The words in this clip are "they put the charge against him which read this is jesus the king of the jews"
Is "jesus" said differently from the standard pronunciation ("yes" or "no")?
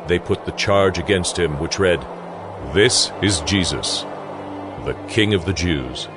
no